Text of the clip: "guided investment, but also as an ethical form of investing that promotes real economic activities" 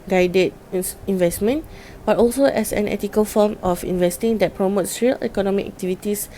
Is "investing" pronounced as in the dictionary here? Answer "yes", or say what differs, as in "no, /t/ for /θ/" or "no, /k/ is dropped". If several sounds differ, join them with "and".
yes